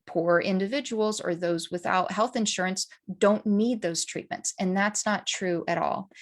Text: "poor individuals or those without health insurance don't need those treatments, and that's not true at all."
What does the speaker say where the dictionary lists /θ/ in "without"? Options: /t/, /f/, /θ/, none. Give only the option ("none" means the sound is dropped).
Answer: /θ/